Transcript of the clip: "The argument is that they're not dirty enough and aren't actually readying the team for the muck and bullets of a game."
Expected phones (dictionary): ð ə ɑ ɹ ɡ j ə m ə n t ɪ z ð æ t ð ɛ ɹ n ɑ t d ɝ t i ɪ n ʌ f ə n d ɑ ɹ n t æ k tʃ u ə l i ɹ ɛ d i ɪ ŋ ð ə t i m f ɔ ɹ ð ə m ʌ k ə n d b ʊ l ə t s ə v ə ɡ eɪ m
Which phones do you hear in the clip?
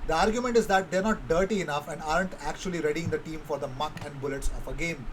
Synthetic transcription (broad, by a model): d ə ɑ ɹ ɡ j ə m ə n t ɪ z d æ t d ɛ ɹ n ɑ t d ɝ t i ɪ n ʌ f ə n d ɑ ɹ n t æ k tʃ u ə l i ɹ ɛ d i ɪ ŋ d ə t i m f ɔ ɹ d ə m ʌ k ə n d b ʊ l ə t s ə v ə ɡ eɪ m